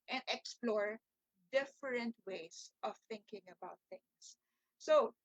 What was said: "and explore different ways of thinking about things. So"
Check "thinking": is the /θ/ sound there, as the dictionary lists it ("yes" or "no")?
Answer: yes